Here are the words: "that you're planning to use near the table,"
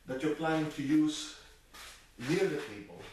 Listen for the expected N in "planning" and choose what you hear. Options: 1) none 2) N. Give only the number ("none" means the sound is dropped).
1